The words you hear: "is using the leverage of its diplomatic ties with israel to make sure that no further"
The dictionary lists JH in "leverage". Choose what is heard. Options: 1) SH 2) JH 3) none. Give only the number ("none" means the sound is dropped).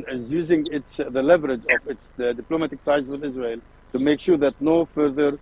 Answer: 2